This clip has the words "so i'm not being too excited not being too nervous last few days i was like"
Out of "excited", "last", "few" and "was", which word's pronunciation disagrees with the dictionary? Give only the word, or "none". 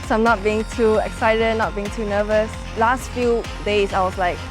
was